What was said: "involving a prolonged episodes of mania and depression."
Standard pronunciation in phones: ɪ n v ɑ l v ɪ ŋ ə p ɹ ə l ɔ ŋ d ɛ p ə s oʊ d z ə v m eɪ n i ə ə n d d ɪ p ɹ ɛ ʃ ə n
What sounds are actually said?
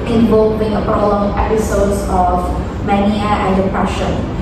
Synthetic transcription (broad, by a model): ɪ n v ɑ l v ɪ ŋ ə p ɹ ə l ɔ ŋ ɛ p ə s oʊ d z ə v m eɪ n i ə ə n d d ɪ p ɹ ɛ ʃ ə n